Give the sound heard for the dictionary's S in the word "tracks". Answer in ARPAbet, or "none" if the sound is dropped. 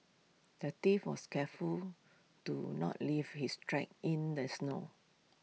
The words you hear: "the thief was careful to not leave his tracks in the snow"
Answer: none